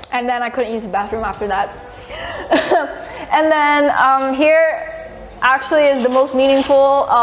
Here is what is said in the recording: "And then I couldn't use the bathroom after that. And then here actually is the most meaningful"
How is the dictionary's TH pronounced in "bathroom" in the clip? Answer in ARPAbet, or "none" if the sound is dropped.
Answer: TH